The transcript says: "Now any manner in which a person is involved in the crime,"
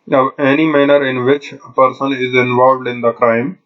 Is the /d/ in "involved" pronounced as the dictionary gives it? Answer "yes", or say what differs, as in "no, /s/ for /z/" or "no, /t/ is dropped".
yes